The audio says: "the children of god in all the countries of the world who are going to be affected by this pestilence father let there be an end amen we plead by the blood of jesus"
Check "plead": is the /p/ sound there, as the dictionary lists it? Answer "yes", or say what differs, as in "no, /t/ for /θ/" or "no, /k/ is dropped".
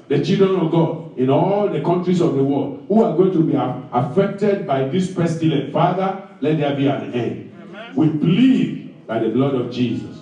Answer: no, /b/ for /p/